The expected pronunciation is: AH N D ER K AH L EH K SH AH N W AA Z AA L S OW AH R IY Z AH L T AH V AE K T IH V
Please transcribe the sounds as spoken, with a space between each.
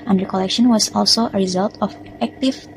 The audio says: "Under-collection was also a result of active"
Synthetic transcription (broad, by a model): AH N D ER K AH L EH K SH AH N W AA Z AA L S OW AH R IY Z AH L T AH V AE K T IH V